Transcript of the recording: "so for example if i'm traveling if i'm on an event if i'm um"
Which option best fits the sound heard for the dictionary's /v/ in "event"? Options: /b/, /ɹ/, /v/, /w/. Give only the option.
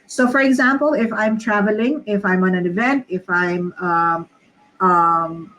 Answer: /v/